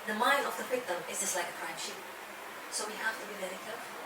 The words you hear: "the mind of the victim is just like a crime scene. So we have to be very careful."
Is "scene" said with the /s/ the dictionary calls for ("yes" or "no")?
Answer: no